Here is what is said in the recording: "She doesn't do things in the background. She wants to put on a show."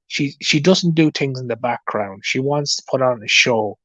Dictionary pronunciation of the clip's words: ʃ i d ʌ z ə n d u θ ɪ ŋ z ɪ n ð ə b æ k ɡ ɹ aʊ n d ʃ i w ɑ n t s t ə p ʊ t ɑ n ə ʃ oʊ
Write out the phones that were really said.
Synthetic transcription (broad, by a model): ʃ i d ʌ z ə n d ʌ θ ɪ ŋ z ɪ n ð ə b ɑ k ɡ ɹ aʊ n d ʃ i w ɑ n t s t ə p ʊ t n ə ʃ oʊ